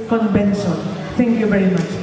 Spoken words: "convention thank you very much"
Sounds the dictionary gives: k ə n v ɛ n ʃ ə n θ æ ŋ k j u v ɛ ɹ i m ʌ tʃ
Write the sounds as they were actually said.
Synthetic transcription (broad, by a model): k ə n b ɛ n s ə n t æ ŋ k j u v ɛ ɹ i m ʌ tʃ